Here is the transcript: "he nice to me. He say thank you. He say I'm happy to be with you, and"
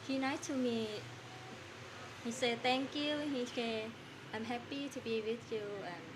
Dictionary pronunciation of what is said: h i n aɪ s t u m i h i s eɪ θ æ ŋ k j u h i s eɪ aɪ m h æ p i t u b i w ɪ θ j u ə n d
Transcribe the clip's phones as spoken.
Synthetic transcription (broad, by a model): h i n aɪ t u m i h i s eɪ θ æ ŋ k j u h i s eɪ aɪ m h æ p i t u b i w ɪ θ j u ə